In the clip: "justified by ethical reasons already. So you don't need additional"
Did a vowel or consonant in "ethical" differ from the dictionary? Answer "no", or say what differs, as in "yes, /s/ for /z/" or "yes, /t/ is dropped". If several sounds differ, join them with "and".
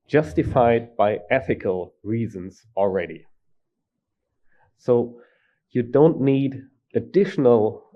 no